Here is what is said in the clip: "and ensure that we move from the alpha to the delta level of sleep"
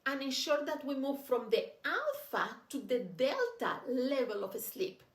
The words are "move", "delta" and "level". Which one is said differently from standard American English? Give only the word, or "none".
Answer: none